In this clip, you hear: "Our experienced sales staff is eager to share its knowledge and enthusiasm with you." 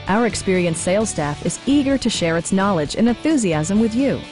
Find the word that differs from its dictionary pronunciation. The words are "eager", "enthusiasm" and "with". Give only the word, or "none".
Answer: none